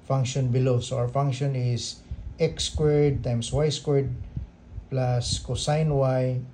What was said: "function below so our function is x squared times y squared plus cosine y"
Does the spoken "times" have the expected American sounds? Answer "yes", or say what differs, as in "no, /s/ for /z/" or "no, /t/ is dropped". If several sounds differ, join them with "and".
no, /s/ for /z/